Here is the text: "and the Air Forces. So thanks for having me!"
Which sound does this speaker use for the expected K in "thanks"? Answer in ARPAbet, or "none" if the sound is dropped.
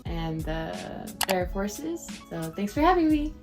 none